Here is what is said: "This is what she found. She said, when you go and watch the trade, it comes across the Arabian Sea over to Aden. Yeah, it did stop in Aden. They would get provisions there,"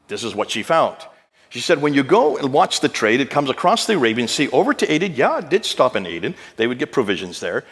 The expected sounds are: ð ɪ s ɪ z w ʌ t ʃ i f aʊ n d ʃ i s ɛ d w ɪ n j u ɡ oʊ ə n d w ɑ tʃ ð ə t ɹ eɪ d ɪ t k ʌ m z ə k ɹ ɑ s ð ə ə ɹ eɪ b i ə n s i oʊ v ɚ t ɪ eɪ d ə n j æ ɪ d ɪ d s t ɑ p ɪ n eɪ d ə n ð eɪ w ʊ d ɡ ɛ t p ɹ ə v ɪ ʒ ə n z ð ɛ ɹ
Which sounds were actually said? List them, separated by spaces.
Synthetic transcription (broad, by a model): ð ɪ s ɪ z w ʌ t ʃ i f aʊ n d ʃ i s ɛ d w ɪ n j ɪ ɡ oʊ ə n w ɑ tʃ ð ə t ɹ eɪ d ɪ t k ʌ m z ə k ɹ ɑ s ð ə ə ɹ eɪ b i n s i oʊ v ɚ t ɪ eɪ d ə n j æ d ɪ d s t ɑ p ɪ n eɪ d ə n ð eɪ w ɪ d ɡ ɛ t p ɹ ə v ɪ ʒ ə n z ð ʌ ɹ